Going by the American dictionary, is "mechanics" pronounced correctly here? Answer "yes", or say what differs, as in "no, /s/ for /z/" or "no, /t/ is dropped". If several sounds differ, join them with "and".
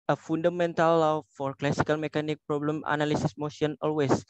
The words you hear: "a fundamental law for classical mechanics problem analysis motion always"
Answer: no, /s/ is dropped